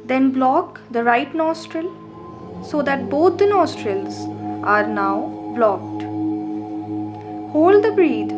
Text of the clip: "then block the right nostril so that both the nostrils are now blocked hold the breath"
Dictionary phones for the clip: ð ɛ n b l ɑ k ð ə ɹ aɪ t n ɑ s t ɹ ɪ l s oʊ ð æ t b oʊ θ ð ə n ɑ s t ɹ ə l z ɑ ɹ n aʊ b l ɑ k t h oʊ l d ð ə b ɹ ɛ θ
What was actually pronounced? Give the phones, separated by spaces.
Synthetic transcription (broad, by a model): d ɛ n b l ɑ k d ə ɹ aɪ t n ɑ s t ɹ ɪ l s oʊ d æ t b oʊ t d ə n ɑ s t ɹ ə l z ɑ ɹ n aʊ b l ɑ k t h oʊ l d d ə b ɹ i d